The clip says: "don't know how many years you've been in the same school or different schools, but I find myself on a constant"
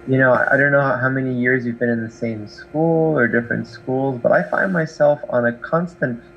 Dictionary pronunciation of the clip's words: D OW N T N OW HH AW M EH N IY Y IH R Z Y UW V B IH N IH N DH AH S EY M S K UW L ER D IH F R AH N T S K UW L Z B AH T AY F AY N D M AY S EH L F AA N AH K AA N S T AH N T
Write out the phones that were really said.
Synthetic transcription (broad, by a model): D OW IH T N OW HH AW M EH N IY Y IH R Z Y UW V B IH N IH N DH AH S EY M S K UW L ER D IH F R AH N T S K UW L Z B AH T AY F AY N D M AY S EH L F N AH K AA N S T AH N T